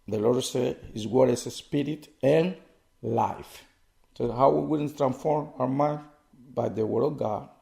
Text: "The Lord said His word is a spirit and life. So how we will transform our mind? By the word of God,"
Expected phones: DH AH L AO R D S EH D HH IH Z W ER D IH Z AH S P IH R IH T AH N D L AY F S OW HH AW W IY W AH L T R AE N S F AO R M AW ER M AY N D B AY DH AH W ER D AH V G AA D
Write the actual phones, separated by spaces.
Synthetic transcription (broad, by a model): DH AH L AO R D S EH D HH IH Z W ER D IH S AH S P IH R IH T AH N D L AY F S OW HH AW W IY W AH N T R AE N S F AO R M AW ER M AY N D B AY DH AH W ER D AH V G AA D